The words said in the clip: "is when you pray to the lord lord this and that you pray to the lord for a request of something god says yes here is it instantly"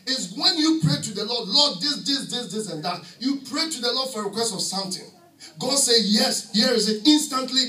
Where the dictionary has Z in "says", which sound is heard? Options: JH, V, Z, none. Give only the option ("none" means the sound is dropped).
none